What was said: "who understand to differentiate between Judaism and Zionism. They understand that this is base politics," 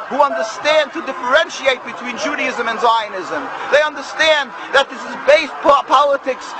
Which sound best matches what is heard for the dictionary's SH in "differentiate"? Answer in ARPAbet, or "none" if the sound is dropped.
SH